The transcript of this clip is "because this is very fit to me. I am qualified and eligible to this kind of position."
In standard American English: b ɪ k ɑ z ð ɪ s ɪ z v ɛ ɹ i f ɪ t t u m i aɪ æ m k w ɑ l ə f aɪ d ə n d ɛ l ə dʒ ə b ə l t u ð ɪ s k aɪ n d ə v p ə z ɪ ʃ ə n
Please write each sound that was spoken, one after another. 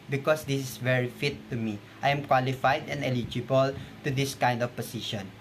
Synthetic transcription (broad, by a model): b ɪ k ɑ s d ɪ s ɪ s v ɛ ɹ i f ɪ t t u m i aɪ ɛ m k w ɑ l ə f aɪ d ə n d ɛ l ə dʒ ə b ə l t u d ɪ s k aɪ n d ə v p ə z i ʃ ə n